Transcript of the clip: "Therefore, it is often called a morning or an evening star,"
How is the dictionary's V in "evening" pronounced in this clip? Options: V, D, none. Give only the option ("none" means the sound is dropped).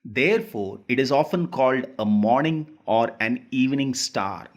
V